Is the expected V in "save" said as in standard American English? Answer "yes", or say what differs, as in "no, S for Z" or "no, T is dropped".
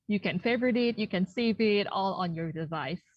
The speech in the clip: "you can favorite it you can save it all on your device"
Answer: yes